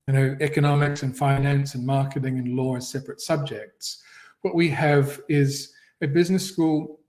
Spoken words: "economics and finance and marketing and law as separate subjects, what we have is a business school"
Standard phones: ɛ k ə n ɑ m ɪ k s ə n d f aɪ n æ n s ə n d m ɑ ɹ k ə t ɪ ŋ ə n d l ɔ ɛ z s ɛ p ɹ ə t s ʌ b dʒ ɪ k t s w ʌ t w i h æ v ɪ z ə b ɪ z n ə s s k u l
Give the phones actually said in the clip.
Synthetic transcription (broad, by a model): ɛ k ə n ɑ m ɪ k s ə n f aɪ n æ n s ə n m ɑ ɹ k ə t ɪ ŋ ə n l ɔ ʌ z s ɛ p ɹ ə t s ʌ b dʒ ɪ k t s w ʌ t w i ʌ v ɪ z ə b ɪ z n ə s s k u l